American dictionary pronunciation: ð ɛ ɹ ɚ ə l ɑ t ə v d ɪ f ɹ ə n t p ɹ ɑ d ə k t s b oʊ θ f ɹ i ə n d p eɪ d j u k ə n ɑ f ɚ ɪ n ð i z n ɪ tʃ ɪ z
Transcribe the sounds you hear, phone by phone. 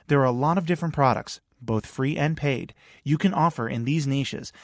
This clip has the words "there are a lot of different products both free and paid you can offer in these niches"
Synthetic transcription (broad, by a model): ð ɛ ɹ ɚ ə l ɑ t ə v d ɪ f ɹ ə n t p ɹ ɑ d ə k t s b oʊ θ f ɹ i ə n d p eɪ d j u k ə n ɑ f ɚ ɪ n ð i z n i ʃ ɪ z